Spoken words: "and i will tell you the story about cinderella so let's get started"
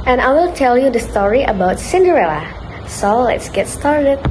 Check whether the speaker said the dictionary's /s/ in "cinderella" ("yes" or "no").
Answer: yes